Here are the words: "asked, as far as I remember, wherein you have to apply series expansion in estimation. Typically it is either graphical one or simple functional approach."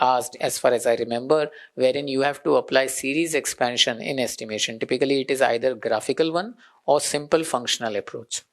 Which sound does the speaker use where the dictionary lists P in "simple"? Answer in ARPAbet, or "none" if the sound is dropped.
P